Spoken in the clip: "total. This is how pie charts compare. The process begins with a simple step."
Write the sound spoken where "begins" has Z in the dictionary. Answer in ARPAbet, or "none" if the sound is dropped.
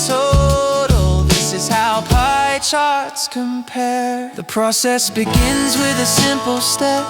Z